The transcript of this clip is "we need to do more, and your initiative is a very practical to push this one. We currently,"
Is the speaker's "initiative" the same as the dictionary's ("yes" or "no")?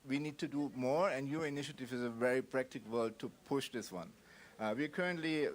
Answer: yes